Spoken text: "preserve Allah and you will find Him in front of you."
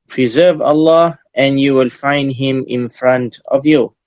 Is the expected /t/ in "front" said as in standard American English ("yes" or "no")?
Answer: yes